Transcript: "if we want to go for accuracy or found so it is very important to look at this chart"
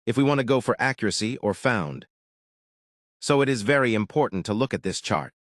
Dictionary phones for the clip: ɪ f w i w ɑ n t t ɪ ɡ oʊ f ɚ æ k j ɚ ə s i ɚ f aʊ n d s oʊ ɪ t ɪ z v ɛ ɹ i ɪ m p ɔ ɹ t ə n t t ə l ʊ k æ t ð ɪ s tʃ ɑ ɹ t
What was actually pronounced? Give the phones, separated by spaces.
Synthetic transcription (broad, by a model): ɪ f w i w ɑ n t t ɪ ɡ oʊ f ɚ æ k j ɚ ə s i ɚ f aʊ n d s oʊ ɪ t ɪ z v ɛ ɹ i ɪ m p ɔ ɹ t n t t ə l ʊ k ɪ t ð ɪ s tʃ ɑ ɹ t